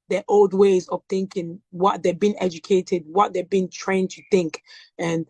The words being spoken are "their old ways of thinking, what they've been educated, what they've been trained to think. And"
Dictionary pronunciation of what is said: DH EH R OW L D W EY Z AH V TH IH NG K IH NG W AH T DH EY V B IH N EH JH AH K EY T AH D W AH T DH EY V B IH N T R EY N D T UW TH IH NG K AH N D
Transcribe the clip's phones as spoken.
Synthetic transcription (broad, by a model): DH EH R OW L D W EY Z AH V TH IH NG K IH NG W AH T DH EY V B IH N EH JH AH K EY T AH D W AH T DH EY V B IH N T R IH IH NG T UW TH IH NG K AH N